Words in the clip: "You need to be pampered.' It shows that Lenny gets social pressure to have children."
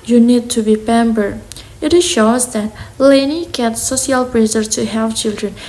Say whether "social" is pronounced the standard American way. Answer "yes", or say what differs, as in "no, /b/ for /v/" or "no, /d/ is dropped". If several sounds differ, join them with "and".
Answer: no, /ʃ/ is dropped